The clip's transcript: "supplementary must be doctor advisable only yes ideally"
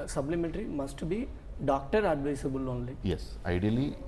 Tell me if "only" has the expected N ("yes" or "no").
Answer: yes